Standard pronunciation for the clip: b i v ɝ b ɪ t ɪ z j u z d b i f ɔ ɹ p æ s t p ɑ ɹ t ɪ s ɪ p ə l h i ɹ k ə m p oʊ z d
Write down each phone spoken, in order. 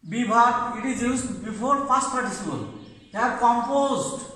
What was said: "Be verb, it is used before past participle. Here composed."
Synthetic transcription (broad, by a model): b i b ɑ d ɪ t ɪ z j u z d b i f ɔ ɹ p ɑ s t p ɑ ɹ t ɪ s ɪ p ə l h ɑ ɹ k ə m p oʊ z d